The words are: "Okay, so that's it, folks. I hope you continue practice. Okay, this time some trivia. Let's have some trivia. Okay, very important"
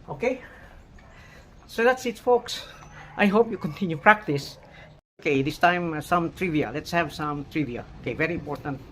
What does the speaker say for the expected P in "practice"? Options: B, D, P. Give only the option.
P